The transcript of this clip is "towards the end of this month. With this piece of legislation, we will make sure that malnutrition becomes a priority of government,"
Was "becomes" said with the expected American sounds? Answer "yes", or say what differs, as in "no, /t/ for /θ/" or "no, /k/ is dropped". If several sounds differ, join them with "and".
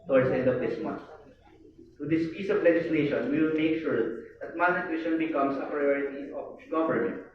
no, /s/ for /z/